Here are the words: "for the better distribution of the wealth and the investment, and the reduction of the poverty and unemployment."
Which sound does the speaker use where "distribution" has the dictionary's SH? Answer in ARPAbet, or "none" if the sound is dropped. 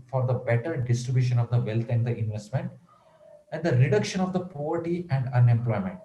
SH